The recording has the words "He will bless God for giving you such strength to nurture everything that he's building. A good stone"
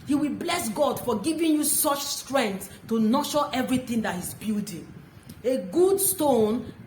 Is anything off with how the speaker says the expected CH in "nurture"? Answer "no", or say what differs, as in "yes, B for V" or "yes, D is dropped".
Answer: yes, SH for CH